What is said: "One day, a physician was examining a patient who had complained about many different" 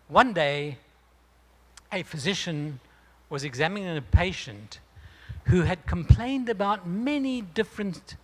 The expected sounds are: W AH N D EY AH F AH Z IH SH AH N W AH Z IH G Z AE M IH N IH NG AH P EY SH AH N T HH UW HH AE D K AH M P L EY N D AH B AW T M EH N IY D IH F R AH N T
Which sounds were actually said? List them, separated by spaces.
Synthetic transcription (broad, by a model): W AH N D EY AH F AH Z IH SH AH N W AH Z IH G Z AE M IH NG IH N AH P EY SH AH N T HH UW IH D K AH M P L EY N D AH B AW T M EH N IY D IH F R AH N